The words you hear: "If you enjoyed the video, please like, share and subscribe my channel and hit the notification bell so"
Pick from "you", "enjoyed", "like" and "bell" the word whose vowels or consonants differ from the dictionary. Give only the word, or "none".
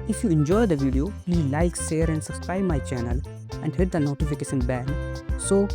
bell